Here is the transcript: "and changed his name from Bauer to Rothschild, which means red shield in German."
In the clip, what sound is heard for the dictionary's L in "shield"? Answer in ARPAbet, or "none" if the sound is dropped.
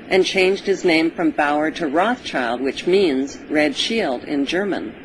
L